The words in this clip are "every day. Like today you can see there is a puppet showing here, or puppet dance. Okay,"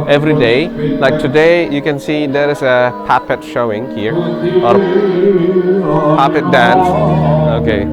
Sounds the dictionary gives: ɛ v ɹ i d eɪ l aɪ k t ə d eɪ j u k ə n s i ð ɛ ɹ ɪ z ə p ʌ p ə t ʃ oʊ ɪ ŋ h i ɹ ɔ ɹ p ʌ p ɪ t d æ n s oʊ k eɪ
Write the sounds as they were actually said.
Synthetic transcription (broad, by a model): ɛ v ɹ i d eɪ l aɪ k t ə d eɪ j u k ə n s i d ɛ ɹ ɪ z ə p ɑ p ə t ʃ oʊ ɪ ŋ h i ɹ ɔ ɹ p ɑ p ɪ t d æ n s oʊ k eɪ